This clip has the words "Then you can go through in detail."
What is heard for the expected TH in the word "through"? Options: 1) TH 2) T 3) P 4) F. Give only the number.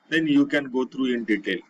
2